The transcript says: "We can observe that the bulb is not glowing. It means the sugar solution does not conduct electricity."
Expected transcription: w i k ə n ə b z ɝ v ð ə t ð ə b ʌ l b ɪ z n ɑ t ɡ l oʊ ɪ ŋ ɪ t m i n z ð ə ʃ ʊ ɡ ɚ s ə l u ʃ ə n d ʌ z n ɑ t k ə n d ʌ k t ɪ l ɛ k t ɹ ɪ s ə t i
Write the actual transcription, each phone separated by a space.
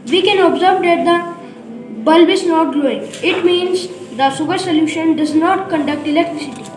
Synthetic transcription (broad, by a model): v i k ə n ə b z ɝ v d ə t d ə b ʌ l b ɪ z n ɑ t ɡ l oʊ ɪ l ɪ t m i n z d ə s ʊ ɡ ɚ s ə l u ʃ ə n d ʌ z n ɑ t k ə n d ʌ k t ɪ l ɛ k t ɹ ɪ s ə t i